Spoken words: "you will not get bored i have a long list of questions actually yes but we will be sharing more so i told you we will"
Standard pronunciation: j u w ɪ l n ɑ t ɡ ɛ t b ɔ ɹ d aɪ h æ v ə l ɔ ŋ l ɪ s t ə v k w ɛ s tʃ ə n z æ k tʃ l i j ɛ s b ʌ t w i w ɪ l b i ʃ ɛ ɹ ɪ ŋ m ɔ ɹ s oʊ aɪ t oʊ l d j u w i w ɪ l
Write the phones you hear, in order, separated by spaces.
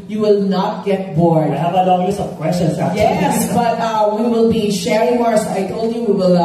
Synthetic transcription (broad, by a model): j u w ɪ l n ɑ t ɡ ɛ t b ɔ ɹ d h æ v ə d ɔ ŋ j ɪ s ə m k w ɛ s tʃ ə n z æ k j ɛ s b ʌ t w i w ɪ l b i ʃ ɛ ɹ ɪ ŋ m ɔ ɹ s aɪ t oʊ l d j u w i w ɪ l